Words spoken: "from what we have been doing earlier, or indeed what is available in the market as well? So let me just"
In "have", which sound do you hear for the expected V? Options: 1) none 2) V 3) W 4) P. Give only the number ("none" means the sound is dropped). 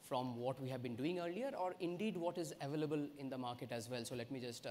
2